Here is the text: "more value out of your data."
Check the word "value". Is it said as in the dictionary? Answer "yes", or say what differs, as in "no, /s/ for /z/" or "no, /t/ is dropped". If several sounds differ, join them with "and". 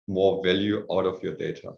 yes